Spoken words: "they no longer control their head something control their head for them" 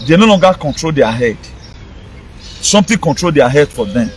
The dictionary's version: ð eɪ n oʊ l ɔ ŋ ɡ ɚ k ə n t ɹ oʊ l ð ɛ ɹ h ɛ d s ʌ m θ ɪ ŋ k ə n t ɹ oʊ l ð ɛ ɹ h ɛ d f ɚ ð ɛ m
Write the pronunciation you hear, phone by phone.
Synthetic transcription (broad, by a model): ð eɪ n oʊ l ɔ ŋ ɡ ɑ k ə n t ɹ oʊ l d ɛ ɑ h ɛ d s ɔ m t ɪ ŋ k ə n t ɹ oʊ l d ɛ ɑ h ɛ d f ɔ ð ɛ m